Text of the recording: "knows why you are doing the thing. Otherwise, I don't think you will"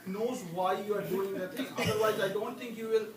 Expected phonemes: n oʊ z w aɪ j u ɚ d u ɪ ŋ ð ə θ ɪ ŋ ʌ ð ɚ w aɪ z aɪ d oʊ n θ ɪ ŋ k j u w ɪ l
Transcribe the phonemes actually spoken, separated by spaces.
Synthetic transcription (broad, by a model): n oʊ z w aɪ j u ɚ d u ɪ ŋ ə t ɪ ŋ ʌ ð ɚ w aɪ z aɪ d oʊ n t ɪ ŋ k j u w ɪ l